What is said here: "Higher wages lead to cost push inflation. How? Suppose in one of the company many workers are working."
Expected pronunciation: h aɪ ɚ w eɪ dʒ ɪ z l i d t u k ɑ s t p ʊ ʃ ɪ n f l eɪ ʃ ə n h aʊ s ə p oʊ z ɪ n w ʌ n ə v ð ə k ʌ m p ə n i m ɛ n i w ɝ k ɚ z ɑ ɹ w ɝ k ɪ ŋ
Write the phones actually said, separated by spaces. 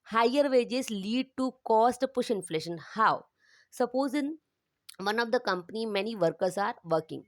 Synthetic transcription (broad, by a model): h aɪ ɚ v eɪ dʒ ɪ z l i d t u k ɑ s t p ʊ ʃ ɪ n f l eɪ ʃ ə n h aʊ s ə p oʊ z ɪ n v ʌ n ə v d ə k ʌ m p ə n i m ɛ n i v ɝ k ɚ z ɑ ɹ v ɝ k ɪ ŋ